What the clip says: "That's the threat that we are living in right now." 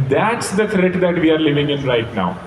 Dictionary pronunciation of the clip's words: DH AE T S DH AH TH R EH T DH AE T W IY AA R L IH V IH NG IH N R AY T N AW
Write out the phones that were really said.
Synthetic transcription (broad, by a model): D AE T S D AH T R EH T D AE T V IY AA R L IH V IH NG IH N R AY T N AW